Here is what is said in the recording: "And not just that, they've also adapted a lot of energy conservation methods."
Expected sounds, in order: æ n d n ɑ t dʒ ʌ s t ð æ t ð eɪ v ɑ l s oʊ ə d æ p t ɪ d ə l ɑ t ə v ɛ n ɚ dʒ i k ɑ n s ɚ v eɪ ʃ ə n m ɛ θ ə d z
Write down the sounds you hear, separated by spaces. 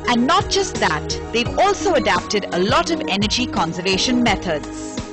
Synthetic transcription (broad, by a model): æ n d n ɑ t dʒ ʌ s t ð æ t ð eɪ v ɑ l s oʊ ə d æ p t ɪ d ə l ɑ t ə v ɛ n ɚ dʒ i k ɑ n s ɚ v eɪ ʃ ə n m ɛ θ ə d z